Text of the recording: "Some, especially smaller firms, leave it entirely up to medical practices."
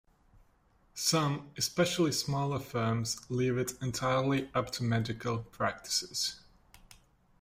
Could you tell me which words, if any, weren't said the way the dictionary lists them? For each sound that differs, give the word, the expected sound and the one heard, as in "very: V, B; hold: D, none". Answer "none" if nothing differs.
none